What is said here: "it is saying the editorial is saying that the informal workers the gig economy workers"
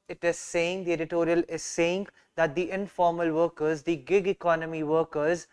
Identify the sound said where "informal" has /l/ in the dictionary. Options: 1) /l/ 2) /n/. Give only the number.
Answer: 1